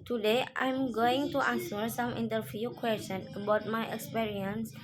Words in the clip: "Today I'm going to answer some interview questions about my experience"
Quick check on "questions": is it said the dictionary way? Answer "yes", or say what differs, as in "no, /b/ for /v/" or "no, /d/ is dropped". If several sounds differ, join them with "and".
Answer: no, /z/ is dropped